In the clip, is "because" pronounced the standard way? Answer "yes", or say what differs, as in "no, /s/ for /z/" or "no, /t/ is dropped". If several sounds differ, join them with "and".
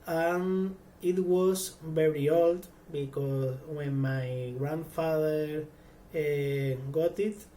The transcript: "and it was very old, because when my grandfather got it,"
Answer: no, /s/ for /z/